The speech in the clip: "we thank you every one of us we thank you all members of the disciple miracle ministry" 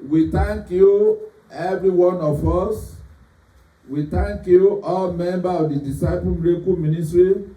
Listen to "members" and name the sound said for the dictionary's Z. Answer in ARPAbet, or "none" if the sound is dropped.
none